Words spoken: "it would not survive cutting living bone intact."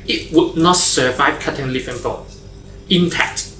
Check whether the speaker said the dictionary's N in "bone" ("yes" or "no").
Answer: no